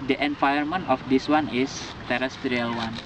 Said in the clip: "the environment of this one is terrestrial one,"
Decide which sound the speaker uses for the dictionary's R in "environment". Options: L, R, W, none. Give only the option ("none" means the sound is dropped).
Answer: none